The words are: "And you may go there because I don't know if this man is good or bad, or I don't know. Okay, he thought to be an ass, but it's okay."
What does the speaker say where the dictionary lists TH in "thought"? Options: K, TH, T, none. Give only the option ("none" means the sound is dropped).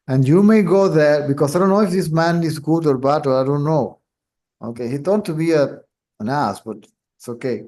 T